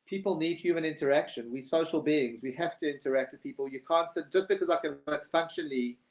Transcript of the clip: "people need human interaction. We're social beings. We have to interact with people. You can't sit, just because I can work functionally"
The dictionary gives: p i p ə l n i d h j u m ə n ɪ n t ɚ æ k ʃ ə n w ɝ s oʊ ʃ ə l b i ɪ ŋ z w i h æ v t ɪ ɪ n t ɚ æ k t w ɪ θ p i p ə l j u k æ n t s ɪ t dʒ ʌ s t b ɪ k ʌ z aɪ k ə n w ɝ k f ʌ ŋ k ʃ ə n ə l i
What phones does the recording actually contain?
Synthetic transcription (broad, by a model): p i p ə l n i d h j u m ə n ɪ n t ɚ æ k ʃ ə n w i s oʊ ʃ ə l b i ɪ ŋ z w i h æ f t ɪ ɪ n t ɚ æ k t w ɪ p i p ə l j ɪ k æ n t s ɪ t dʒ ʌ s b ɪ k ʌ z aɪ k ə n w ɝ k f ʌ ŋ k ʃ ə n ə l i